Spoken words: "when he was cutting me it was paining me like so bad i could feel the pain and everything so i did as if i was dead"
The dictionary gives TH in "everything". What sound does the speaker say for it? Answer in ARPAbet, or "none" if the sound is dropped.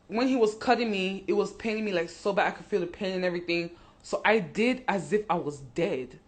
TH